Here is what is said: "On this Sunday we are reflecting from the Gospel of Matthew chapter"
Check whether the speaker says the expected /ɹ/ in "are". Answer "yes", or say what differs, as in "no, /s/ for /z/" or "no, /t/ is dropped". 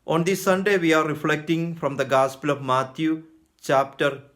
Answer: yes